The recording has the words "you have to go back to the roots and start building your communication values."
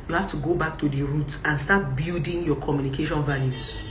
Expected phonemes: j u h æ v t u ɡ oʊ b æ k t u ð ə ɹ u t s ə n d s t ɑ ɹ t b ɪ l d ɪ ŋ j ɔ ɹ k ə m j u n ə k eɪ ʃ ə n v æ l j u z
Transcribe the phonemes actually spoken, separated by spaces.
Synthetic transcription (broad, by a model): j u h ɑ f t u ɡ oʊ b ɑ k t u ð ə ɹ u t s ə n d s t ɑ t b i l d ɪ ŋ j ɔ k ə m j u n ə k eɪ ʃ ə n v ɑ l j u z